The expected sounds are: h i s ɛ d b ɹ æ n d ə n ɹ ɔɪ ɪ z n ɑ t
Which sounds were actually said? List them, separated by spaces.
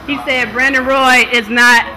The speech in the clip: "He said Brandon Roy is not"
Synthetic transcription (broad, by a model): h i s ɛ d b ɹ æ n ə ɹ ɔɪ ɪ z n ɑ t